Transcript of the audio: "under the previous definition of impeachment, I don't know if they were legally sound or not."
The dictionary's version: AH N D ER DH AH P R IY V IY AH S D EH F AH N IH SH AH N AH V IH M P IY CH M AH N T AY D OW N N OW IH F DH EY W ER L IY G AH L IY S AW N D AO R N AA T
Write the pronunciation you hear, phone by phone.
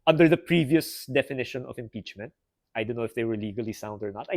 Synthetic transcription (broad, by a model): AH N D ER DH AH P R IY V IY AH S D EH F AH N IH SH AH N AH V IH M P IY CH M AH N T AY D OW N N OW IH F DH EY W ER L IY G AH L IY S AW N D AO R N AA T